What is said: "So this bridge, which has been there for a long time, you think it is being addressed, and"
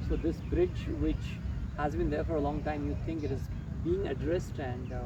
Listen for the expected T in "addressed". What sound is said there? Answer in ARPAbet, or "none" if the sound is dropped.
T